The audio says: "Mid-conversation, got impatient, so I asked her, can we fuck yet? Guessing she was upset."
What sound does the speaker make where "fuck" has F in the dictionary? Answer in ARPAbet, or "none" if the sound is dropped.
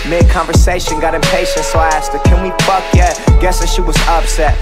P